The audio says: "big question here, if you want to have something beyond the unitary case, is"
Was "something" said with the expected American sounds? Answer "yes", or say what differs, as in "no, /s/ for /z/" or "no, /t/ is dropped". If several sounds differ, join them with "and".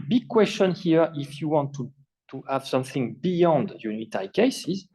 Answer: yes